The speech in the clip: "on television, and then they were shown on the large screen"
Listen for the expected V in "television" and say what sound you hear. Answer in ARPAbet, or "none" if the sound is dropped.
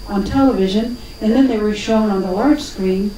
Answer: V